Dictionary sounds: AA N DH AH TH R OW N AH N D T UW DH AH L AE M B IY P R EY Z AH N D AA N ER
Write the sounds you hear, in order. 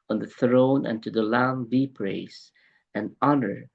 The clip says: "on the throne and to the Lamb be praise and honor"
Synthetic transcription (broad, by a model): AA N DH AH TH R OW N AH N T UW DH AH L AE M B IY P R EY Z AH N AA N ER